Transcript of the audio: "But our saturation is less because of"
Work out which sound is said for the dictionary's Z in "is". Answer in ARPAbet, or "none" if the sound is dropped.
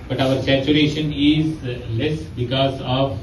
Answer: Z